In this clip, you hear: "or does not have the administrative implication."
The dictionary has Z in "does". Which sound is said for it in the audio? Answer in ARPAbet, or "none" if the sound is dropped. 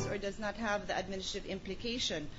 Z